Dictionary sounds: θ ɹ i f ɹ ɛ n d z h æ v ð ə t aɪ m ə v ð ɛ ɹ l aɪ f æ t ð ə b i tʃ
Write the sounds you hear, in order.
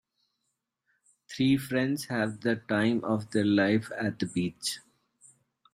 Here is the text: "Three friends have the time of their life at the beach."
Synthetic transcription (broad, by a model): t ɹ i f ɹ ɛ n d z h æ v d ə t aɪ m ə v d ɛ ɹ l aɪ f æ t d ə b i tʃ